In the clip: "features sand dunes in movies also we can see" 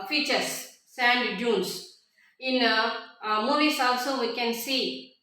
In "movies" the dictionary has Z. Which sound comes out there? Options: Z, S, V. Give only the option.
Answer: S